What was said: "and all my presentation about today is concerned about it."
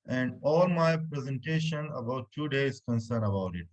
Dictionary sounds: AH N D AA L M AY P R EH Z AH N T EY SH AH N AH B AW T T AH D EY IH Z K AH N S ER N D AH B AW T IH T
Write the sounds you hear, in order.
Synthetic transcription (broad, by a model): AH N D AA L M AY P R EH Z AH N T EY SH AH N AH B AW T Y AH D EY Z K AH N S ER N AH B AW T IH T